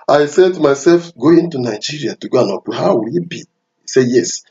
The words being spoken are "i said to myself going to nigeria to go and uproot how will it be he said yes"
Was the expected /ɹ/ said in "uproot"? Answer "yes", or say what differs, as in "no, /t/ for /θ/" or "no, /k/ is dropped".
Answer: no, /ɹ/ is dropped